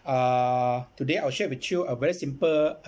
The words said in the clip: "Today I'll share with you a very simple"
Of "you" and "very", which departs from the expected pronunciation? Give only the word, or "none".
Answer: none